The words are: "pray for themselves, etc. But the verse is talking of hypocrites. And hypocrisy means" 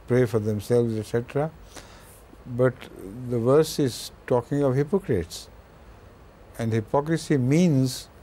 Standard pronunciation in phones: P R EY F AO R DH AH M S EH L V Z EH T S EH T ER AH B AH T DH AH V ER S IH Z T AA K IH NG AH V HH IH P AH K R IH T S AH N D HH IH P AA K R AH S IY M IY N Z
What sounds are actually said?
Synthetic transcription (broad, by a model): P R EY F AO R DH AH M S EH L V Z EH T S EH T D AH B AH T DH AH V ER S IH Z T AA K IH NG AH V HH IH P AH K R IH T S AH N D HH IH P AA K R AH S IY M IY N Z